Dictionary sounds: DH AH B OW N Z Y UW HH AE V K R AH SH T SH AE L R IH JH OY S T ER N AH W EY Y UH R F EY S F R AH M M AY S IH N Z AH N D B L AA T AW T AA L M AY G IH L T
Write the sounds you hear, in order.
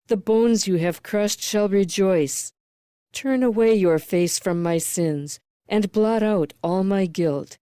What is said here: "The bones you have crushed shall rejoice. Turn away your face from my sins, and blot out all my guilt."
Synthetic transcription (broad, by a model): DH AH B OW N Z Y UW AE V K R AH SH T SH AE L R IH JH OY S T ER N AH W EY Y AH R F EY S F R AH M M AY S IH N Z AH N B L AA T AW T AA L M AY G IH L T